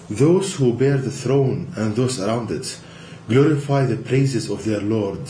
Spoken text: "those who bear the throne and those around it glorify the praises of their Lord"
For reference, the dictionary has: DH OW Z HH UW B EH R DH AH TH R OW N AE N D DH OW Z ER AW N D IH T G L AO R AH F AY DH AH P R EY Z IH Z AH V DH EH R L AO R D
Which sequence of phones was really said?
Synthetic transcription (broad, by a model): DH OW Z HH UW B EH R DH AH TH R OW N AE N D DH OW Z ER AW N D IH T G L AO R AH F AY DH AH P R EY Z IH Z AH V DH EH R L AO R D